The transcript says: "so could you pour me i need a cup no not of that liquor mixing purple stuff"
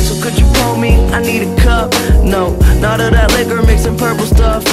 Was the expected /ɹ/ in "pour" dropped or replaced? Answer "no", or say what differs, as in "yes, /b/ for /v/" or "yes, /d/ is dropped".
yes, /l/ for /ɹ/